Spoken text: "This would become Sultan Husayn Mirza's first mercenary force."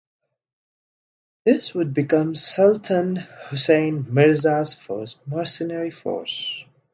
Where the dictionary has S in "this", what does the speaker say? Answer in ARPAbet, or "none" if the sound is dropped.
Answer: S